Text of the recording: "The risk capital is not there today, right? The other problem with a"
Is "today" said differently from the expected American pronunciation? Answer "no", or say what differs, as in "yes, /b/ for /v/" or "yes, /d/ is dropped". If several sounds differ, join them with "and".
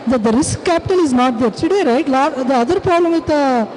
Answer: yes, /s/ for /t/